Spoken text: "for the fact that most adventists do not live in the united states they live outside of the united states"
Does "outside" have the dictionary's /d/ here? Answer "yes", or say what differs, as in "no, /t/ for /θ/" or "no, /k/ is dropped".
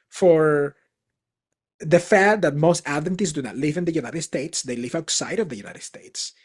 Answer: yes